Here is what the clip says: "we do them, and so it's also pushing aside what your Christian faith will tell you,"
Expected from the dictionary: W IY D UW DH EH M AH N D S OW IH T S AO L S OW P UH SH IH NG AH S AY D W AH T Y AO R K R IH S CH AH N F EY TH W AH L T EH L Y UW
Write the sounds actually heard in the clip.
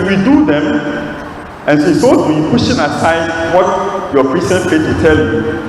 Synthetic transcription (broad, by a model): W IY D UW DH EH M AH N S OW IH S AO S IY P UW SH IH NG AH S AY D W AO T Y AO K R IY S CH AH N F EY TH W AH T EH L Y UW